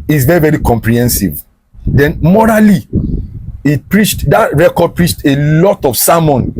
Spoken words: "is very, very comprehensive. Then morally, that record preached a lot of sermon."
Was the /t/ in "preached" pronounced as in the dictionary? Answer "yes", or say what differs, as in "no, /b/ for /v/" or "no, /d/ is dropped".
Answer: yes